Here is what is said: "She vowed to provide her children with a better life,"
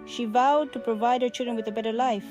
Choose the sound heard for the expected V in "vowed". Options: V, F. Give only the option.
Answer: V